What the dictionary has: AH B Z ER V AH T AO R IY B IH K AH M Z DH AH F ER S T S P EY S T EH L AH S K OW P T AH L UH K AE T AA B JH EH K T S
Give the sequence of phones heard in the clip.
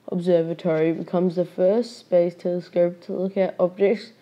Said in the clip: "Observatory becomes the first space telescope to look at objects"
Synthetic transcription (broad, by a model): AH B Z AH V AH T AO R IY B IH K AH M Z DH AH F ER S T S B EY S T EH L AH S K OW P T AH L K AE T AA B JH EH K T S